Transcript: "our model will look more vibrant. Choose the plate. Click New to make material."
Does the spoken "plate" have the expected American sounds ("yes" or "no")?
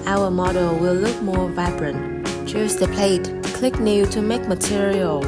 yes